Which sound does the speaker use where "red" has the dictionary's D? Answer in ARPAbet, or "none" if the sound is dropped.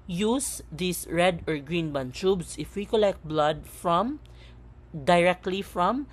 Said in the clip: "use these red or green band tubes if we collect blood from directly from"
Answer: D